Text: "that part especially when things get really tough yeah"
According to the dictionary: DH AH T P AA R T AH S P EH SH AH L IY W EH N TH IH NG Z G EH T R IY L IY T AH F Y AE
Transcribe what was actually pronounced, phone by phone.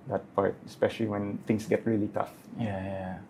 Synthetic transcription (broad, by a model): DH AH T P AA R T AH S P EH SH AH L IY W EH N T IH NG S G EH T R IY L IY T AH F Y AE